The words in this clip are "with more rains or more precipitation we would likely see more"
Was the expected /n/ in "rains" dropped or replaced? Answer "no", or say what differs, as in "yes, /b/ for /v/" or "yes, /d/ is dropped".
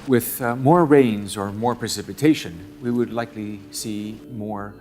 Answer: no